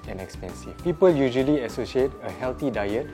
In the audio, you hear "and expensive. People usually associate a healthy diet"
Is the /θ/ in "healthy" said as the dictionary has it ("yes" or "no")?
no